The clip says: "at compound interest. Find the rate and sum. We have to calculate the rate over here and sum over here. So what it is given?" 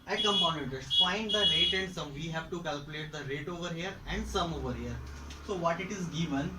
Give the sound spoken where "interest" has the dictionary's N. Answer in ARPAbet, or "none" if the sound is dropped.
none